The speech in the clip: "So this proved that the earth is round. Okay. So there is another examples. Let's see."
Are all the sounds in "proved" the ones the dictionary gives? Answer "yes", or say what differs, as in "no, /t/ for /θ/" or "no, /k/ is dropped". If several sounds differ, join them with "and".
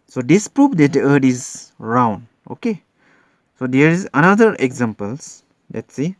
no, /f/ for /v/